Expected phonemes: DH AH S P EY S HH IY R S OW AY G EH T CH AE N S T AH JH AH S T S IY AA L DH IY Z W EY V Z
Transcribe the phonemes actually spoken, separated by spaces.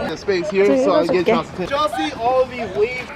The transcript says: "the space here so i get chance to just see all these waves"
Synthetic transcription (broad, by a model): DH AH S P EY S HH IY R S OW AY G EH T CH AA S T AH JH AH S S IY AA L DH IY W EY